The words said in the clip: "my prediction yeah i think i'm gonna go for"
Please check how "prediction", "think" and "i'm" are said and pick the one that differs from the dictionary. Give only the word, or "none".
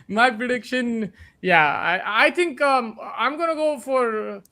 think